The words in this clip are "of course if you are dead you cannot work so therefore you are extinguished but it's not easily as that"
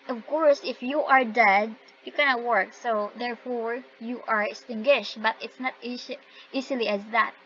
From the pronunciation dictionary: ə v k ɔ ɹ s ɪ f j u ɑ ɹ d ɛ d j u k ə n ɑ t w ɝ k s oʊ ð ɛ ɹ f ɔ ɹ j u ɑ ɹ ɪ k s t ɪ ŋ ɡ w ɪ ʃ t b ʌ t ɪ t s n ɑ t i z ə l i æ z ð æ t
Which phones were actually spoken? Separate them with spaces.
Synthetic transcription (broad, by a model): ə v k ɔ ɹ s ɪ f j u ɑ ɹ d ɛ d j u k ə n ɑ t w ɝ k s oʊ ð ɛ ɹ f ɔ ɹ j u ɑ ɹ ɪ k s t ɪ ŋ ɡ w ɪ ʃ t b ʌ t ɪ t s n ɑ t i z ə l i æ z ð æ t